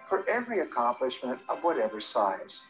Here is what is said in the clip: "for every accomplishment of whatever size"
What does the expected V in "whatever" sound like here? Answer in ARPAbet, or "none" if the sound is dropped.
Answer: V